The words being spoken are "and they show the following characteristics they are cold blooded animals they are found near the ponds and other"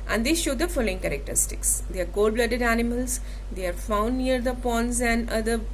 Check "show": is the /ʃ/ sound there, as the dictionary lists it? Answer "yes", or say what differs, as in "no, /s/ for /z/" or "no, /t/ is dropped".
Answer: yes